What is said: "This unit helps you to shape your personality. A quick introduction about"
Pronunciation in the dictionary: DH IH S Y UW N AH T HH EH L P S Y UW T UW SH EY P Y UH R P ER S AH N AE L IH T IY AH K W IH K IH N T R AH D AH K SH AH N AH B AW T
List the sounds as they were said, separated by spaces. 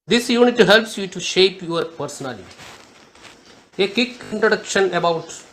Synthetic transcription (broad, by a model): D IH S Y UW N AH T HH EH L P S Y UW T UW SH EY P Y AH R P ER S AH N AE L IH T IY AH K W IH K IH N T R AH D AH K SH AH N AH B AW T